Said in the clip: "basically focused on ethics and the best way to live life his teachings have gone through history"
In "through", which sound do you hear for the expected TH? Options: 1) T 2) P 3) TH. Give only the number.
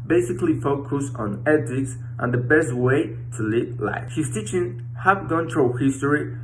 1